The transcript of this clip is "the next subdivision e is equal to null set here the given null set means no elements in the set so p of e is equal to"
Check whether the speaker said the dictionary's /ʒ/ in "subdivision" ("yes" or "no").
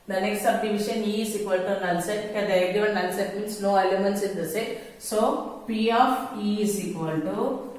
no